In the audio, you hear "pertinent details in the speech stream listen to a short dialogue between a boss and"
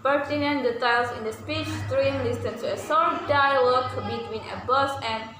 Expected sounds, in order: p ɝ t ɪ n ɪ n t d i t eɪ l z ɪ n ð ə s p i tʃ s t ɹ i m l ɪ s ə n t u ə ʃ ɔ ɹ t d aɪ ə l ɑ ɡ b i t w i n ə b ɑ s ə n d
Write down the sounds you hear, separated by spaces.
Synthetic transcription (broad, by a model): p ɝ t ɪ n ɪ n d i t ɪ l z ɪ n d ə s p i tʃ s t ɹ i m l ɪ s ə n t u ə s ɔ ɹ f d aɪ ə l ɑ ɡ b i t w i n ə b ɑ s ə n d